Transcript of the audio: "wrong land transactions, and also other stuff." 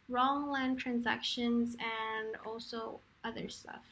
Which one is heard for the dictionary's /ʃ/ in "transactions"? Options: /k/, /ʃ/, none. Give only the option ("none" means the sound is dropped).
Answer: /ʃ/